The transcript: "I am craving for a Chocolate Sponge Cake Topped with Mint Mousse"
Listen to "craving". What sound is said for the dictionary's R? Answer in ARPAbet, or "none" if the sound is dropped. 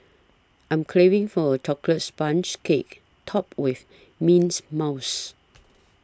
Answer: L